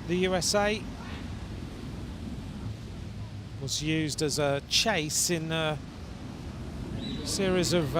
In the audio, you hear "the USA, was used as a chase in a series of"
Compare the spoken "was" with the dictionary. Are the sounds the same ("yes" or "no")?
yes